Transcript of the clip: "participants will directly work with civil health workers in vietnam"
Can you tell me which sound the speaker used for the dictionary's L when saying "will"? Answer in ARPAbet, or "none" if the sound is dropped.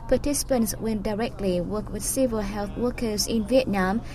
N